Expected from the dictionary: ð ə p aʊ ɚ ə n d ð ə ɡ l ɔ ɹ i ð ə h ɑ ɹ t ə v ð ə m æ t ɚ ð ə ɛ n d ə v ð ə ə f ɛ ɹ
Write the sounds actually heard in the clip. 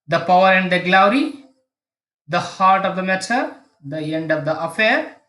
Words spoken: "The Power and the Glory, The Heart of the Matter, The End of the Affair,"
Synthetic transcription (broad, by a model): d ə p aʊ ɚ ə n d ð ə ɡ l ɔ ɹ i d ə h ɑ ɹ t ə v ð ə m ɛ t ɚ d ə ɛ n d ə v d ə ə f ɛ ɹ